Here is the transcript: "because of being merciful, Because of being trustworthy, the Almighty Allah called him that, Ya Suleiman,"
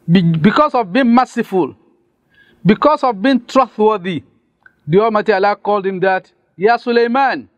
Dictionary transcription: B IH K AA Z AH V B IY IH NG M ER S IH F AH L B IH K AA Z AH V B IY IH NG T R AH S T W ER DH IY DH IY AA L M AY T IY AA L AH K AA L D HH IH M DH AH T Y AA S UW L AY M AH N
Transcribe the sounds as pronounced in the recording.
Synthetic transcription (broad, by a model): B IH K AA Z AH V B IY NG M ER S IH F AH L B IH K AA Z AH V B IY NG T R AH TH W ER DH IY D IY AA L M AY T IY AA L AH K AA L D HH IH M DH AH T Y AA S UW L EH M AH N